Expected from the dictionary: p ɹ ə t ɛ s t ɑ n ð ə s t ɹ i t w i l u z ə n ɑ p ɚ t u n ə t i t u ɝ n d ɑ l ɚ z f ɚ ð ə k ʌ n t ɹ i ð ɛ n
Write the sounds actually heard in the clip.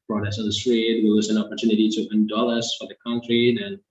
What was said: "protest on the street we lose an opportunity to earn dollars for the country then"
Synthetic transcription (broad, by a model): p ɹ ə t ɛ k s ɑ n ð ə s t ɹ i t w i w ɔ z ə n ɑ p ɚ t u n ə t i t u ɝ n d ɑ l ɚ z f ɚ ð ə k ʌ n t ɹ i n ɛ n